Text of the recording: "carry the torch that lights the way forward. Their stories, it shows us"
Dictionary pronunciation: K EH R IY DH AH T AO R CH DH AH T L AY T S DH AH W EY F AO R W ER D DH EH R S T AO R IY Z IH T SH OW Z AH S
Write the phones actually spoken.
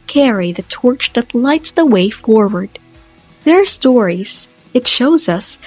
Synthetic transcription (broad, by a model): K EH R IY DH AH T AO R CH DH AH T L AY T S DH AH W EY F AO R W ER D DH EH R S T AO R IY Z IH T SH OW Z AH S